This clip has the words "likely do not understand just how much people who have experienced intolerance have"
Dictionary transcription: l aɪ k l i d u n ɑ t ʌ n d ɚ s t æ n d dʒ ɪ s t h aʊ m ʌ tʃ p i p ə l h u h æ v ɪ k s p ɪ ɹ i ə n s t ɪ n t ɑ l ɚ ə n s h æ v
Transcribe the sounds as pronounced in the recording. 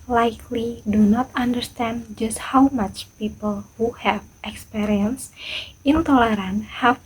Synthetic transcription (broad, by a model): l aɪ k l i d u n ɑ t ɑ n d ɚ s t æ n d dʒ ɪ s t h aʊ m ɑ tʃ p i p ə l h u h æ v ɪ k s p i ɹ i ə n s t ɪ n t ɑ l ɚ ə n h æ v